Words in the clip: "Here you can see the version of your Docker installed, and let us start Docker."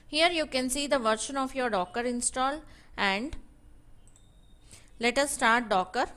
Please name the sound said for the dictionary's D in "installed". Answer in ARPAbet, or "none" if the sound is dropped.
none